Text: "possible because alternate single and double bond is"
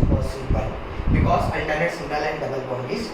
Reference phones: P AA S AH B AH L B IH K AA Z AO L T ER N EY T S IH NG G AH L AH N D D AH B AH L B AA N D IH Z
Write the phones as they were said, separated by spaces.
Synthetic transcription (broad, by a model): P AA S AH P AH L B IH K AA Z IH N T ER N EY T S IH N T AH L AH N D D AH B AH L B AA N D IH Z